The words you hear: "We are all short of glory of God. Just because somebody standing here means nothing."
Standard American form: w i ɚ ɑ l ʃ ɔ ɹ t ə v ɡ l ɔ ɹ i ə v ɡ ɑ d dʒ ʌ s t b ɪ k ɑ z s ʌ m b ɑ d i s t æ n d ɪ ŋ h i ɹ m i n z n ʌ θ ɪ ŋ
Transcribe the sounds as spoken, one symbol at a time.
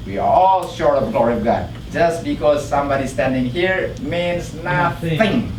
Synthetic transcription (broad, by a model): w i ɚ ɑ l ʃ ɔ ɹ t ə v ɡ l ɔ ɹ i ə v ɡ ɑ d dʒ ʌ s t b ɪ k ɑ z s ʌ m b ɑ d i s t æ n d ɪ ŋ h i ɹ m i n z n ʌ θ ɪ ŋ